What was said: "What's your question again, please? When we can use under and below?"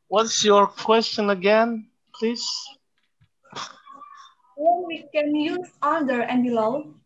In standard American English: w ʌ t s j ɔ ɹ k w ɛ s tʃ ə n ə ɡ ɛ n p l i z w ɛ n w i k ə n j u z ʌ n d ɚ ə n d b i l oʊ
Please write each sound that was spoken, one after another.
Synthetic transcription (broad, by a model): w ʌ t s j ɔ ɹ k w ɛ s tʃ ə n ə ɡ ɛ n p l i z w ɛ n w i k ə n j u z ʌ l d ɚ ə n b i l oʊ